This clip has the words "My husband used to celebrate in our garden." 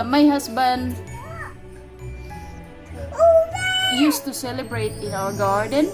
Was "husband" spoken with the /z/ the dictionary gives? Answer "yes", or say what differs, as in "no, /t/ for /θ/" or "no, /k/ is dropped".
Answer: no, /s/ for /z/